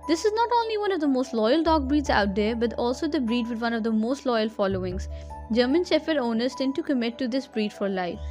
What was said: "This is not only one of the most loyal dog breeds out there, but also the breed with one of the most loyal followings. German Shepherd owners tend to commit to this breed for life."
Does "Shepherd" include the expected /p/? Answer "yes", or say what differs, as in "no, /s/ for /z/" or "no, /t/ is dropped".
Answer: no, /f/ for /p/